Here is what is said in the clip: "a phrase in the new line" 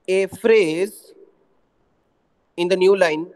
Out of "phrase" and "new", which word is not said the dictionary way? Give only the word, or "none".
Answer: none